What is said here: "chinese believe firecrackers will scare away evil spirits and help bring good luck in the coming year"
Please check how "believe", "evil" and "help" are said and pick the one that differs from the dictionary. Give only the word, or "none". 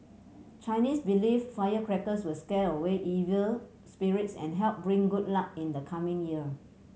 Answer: believe